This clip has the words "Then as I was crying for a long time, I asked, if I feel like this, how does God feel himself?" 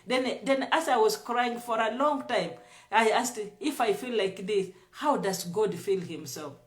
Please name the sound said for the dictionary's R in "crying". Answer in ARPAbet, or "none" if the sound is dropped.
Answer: R